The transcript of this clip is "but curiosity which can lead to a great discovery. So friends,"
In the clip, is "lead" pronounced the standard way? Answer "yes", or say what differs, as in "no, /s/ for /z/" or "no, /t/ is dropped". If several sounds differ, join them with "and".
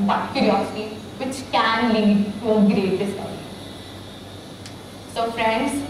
yes